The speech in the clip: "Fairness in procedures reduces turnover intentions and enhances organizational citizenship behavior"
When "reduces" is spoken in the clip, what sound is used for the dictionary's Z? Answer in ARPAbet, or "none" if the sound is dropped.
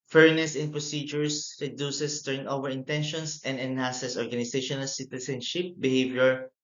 S